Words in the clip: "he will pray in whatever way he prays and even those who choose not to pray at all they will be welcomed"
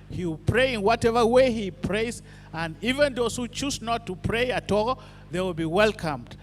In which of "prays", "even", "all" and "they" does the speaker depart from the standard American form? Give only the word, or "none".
none